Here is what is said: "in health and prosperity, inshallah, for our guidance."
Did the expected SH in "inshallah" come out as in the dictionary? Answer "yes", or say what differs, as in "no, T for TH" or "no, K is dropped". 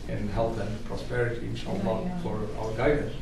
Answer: no, S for SH